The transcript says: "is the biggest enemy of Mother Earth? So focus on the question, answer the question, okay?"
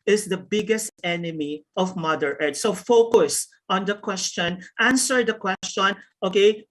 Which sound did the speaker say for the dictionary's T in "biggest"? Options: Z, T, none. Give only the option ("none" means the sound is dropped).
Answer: T